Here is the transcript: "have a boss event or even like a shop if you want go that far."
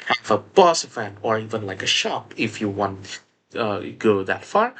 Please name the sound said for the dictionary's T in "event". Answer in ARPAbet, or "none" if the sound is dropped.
none